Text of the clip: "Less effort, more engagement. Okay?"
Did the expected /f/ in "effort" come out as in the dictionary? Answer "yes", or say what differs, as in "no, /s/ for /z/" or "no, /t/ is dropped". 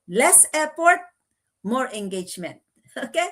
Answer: no, /p/ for /f/